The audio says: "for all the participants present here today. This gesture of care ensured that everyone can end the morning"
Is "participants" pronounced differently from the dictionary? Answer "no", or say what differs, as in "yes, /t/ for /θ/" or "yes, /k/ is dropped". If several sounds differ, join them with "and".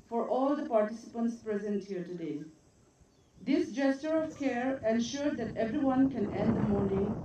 no